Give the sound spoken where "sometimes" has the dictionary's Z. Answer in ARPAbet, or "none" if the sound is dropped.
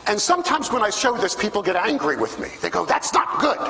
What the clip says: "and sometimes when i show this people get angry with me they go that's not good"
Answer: Z